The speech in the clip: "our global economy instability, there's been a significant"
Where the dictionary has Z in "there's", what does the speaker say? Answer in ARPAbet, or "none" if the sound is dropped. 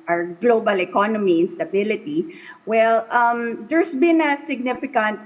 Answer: S